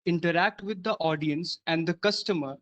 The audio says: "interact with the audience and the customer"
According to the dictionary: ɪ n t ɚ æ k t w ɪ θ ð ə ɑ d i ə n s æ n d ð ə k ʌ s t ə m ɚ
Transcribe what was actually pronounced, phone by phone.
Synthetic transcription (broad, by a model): ɪ n t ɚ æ k t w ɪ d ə ɑ d i ə n s æ n d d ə k ʌ s t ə m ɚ